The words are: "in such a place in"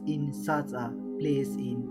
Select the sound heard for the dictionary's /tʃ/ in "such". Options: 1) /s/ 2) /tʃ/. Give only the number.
1